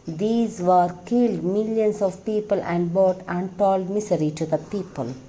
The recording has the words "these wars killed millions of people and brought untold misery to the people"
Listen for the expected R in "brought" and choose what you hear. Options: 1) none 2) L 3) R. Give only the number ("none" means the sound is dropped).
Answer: 1